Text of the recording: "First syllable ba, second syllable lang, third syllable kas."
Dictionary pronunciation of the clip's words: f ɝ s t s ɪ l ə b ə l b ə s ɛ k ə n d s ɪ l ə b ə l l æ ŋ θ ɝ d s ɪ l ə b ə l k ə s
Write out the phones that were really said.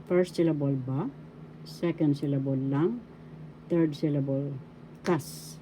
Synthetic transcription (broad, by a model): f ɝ s t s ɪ l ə b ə l b ə s ɛ k ə n d s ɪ l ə b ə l l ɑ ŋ t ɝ d s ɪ l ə b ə l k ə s